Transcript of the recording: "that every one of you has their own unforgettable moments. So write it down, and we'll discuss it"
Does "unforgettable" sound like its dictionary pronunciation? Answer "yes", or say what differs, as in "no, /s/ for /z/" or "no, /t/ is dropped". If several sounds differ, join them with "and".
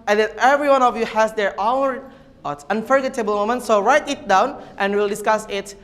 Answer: yes